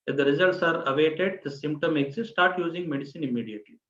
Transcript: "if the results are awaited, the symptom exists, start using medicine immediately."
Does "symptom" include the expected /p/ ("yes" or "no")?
yes